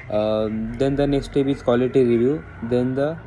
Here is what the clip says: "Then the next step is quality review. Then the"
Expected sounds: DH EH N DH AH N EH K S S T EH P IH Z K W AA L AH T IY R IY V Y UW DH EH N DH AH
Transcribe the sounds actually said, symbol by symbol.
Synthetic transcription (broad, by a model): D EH N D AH N EH K S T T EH B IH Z K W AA L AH T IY R IY V Y UW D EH N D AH